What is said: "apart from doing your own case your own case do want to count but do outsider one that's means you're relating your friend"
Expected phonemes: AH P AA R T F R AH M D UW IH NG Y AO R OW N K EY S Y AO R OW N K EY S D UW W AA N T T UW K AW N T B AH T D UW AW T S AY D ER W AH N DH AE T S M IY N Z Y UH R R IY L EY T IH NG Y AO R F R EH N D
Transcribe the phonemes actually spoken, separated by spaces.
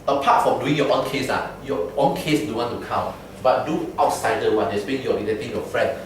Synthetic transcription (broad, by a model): AH P AA T F R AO M D UW IH NG Y AO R OW N K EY S Y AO OW N K EY S D UW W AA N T T UW K AW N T B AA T D UW AW T S AY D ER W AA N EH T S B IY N Y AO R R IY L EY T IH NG Y AO F R EH N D